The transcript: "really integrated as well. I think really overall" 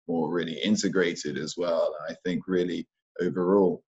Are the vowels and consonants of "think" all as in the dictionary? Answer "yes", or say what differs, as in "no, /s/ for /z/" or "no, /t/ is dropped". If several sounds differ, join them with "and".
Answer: yes